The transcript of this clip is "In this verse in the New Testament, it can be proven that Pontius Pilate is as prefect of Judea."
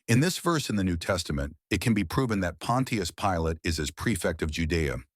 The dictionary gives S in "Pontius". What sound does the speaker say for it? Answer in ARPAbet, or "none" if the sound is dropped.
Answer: S